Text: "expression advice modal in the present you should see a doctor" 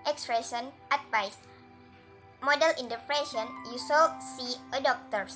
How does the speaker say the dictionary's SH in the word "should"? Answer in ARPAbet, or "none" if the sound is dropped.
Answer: S